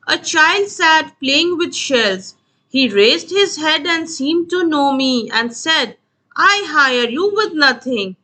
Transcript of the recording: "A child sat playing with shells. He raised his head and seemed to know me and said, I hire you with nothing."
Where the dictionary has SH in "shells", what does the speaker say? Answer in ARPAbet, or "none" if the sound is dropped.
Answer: SH